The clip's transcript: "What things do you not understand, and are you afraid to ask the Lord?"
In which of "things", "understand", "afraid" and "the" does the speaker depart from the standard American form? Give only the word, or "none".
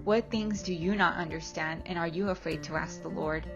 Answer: none